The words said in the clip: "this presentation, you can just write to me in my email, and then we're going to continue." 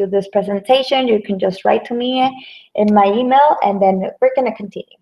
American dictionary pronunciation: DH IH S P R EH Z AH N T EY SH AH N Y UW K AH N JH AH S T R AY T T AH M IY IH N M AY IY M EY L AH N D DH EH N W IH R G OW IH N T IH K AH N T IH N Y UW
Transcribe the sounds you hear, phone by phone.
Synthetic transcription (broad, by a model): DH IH S P R EH Z AH N T EY SH AH N Y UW K AH N JH AH S T R AY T T AH M IY IH N M AY IY M EY L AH N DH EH N W IH R G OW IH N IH K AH N T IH N Y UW